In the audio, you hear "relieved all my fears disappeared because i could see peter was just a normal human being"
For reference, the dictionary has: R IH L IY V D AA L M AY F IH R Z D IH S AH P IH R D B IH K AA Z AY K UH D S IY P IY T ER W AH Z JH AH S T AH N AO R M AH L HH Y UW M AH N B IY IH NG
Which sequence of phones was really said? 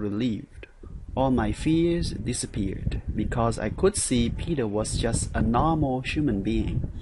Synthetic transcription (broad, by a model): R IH L IY V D AA L M AY F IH R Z D IH S AH P IH R D B IH K AA Z AY K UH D S IY P IY T ER W AH Z JH AH S T AH N AO R M L HH Y UW M AH N B IY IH NG